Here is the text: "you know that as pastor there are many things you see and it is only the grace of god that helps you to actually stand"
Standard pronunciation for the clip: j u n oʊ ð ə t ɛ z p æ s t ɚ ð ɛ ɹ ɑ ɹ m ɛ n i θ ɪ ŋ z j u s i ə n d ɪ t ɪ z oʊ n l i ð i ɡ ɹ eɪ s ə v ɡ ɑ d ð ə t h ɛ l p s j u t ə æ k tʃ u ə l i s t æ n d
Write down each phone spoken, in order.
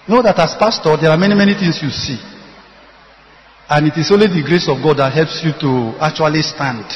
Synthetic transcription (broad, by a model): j n oʊ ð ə t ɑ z p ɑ s t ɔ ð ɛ ɹ ɑ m m ɛ n i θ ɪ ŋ s j u s i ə n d ɪ t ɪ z oʊ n l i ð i ɡ ɹ eɪ s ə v ɡ ɑ d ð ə t h ɛ l p s j u t ə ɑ k tʃ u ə l i s t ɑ n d